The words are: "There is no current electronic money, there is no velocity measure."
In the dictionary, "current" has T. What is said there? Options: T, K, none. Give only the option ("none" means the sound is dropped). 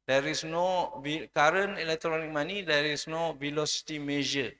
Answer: none